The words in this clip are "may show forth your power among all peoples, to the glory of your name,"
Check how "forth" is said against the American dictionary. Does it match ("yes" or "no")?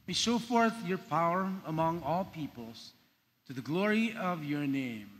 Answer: yes